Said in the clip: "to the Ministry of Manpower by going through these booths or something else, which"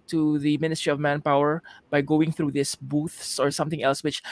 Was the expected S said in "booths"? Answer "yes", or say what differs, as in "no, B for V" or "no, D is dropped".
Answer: yes